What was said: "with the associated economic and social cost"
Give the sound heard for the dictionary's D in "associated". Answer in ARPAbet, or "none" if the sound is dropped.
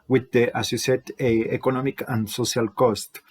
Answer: none